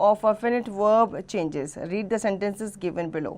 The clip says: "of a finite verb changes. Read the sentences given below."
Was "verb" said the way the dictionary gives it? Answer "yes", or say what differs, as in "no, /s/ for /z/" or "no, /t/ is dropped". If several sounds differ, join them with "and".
yes